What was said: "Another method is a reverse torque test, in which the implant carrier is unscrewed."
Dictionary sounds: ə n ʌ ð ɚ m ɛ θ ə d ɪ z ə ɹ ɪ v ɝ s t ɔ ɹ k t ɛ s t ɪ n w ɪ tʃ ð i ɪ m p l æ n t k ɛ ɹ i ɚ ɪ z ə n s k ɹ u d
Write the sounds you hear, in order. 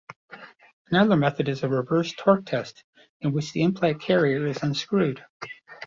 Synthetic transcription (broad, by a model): ə n ʌ ð ɚ m ɛ θ ə d ɪ z ə ɹ ɪ v ɝ s t ɔ ɹ k t ɛ s t ɪ n w ɪ tʃ ð i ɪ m p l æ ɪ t k ɛ ɹ i ɚ ɪ z ə n s k ɹ u d